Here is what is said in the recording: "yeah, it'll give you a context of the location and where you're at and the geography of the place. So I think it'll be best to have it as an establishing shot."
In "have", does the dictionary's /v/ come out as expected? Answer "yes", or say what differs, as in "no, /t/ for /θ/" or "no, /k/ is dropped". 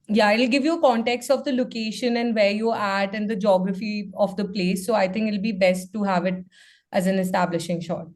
yes